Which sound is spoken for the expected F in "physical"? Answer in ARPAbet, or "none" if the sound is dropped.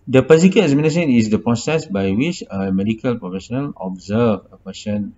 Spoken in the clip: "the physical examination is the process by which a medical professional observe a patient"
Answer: P